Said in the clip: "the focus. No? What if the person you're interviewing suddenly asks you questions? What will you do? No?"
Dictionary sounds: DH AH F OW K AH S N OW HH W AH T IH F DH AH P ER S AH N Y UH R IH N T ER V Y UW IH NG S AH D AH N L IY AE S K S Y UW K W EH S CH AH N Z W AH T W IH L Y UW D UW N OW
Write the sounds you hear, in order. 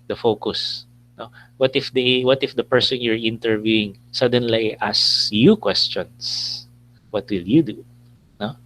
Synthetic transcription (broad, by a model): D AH F OW K AH S N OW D W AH T IH F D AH P ER S AH N Y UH R IH N T ER V Y UW IH NG S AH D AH N L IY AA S S Y UW K W EH S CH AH N S W AH T W IH L Y UW D UW N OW